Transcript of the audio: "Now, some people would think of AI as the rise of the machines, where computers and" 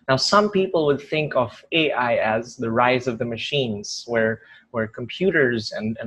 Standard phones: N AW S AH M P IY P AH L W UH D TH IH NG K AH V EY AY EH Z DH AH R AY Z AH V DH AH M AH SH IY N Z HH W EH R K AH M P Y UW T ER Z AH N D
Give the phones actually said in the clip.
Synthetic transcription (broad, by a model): N AW S AH M P IY P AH L W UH D TH IH NG K AH V EY AY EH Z DH AH R AY Z AH V DH AH M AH SH IY N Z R W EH R K AH M P Y UW T ER Z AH N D